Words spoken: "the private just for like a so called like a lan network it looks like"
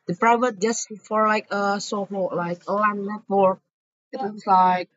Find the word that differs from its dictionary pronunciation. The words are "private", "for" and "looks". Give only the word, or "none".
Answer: looks